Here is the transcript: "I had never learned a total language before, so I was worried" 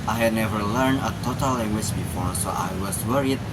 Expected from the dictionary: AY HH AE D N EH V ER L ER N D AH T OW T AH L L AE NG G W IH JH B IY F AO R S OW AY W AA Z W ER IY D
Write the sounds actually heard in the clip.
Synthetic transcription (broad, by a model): AY HH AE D N EH V ER L ER N D AH T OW T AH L L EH NG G W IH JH B IY F AO R S OW AY W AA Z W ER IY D